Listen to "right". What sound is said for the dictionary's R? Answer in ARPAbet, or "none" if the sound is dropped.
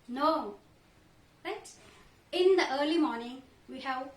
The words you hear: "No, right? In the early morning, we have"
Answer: L